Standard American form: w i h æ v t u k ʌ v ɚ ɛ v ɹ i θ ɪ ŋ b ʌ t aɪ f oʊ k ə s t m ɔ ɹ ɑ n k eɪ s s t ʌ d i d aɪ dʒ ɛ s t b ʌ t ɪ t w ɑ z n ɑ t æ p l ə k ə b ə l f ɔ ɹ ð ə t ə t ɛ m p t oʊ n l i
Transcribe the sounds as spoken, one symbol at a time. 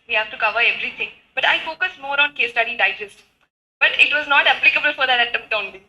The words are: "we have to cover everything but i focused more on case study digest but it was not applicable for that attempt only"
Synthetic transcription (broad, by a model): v i h æ v t u k ʌ v ɚ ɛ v ɹ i t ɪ ŋ b ʌ t aɪ f oʊ k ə s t m ɔ ɹ ɑ n k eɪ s s t ʌ d i d aɪ dʒ ɛ s t b ʌ t ɪ t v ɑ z n ɑ t æ p l ə k ə b ə l f ɔ ɹ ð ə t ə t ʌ p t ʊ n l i